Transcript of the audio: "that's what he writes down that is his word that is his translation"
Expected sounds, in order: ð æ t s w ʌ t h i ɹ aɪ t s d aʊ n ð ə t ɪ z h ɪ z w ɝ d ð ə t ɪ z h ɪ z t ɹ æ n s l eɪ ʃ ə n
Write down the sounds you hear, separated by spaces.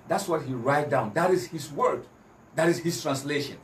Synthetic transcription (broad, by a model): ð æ t s w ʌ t h i ɹ aɪ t d aʊ n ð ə t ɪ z h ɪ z w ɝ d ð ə t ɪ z h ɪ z t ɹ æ n s l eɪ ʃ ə n